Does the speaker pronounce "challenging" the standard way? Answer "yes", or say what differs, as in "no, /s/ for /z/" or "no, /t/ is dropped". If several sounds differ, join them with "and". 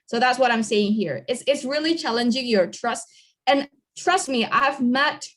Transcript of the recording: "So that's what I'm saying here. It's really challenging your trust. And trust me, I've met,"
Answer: yes